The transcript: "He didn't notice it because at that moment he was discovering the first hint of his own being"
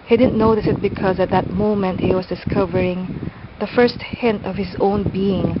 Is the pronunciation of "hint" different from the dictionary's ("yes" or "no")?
no